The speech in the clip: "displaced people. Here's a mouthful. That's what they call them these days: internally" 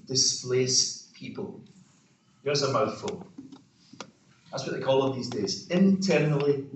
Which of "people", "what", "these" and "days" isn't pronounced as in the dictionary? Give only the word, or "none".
none